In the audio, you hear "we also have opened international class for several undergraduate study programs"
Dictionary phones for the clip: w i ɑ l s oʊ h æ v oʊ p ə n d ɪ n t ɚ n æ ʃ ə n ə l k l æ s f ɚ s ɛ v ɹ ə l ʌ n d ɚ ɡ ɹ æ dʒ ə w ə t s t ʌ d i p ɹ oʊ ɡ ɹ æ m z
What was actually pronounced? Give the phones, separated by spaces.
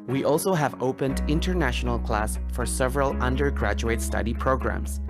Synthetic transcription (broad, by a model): w i ɑ l s oʊ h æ v oʊ p ə n d ɪ n t ɚ n æ ʃ ə n ə l k l æ s f ɚ s ɛ v ɹ ə l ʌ n d ɚ ɡ ɹ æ dʒ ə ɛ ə t s t ʌ d i p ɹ oʊ ɡ ɹ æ m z